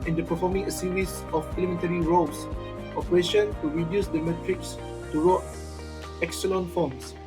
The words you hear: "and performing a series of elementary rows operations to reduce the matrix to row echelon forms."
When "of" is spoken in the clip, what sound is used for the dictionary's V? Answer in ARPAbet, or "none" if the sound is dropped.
P